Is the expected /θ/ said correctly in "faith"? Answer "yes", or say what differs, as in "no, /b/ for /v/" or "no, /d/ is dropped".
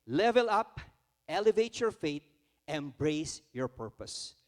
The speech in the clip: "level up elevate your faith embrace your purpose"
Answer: no, /t/ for /θ/